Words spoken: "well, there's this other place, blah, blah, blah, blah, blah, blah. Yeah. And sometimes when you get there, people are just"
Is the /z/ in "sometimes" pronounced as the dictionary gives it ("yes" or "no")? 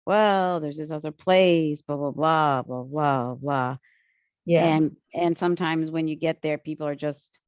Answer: yes